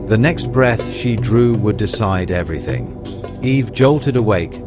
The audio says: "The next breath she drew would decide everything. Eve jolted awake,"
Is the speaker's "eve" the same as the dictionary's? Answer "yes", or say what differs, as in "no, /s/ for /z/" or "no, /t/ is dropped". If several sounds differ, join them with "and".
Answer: yes